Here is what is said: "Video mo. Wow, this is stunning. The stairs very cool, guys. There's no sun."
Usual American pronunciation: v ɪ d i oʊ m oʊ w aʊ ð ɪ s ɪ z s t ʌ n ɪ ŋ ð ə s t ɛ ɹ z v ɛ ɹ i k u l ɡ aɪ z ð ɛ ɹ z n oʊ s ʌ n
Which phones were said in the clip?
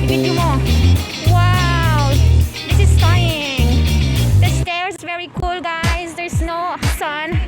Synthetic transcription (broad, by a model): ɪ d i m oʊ w aʊ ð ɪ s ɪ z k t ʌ ɪ ŋ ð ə s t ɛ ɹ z v ɛ ɹ i k u l ɡ aɪ z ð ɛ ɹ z n oʊ s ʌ n